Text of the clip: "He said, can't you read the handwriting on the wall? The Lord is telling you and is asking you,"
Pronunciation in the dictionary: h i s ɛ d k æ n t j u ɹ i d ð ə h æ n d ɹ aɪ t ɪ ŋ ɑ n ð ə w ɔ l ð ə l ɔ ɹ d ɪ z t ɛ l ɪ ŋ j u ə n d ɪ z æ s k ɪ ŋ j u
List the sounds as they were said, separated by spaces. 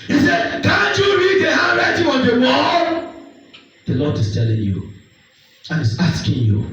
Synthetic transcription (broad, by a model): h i s ɛ d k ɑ n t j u ɹ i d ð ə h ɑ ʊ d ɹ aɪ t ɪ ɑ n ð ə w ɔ n ð ə l ɔ d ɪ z t ɛ l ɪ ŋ j u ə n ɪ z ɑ s k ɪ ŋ j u